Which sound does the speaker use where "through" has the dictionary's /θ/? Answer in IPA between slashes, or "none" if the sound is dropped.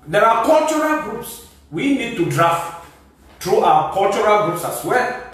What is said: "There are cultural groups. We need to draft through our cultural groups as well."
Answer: /t/